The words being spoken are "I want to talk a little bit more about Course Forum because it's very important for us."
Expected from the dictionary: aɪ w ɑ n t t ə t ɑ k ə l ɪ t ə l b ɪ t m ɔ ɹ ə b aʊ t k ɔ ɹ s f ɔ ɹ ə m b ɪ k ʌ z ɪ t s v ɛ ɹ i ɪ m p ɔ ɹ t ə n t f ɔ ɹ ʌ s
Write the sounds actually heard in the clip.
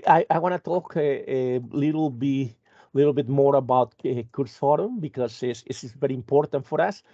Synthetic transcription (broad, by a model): aɪ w ɑ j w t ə t ɑ k ə l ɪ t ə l b ɪ t m ɔ ɹ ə b aʊ t k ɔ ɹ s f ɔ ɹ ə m b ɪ k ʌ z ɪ s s v ɛ ɹ i ɪ m p ɔ ɹ t ə n t f ɔ ɹ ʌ s